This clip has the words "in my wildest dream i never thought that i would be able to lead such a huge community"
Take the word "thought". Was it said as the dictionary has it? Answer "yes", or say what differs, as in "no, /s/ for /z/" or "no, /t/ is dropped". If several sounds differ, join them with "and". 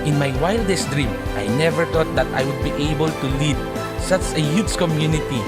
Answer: no, /t/ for /θ/